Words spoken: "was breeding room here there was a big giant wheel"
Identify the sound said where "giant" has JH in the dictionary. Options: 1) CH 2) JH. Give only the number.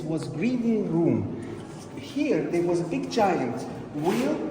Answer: 1